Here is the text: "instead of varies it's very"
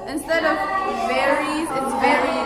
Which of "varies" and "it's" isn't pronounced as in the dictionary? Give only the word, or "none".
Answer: none